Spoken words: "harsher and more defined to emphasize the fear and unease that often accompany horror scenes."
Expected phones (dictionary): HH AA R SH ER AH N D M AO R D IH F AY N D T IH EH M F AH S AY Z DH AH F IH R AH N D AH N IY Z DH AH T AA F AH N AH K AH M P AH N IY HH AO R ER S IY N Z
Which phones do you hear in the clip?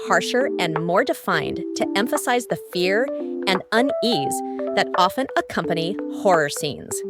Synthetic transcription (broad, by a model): HH AA R SH ER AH N M AO R D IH F AY N T IH EH M F AH S AY Z DH AH F IH R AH N AH N IY Z DH AH T AA F AH N AH K AH M P AH N IY HH AO R ER S IY N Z